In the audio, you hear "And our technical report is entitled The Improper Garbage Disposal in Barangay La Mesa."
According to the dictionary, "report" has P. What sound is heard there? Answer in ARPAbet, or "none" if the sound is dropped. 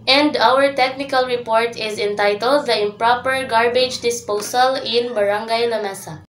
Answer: P